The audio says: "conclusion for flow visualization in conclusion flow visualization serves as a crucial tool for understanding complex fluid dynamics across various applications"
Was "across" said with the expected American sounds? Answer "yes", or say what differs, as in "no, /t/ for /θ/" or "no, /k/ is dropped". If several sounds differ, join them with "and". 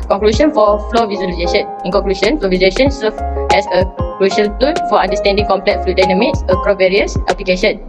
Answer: no, /s/ is dropped